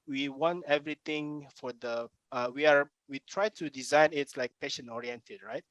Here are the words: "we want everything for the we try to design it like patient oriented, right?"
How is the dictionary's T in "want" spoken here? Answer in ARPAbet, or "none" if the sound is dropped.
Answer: T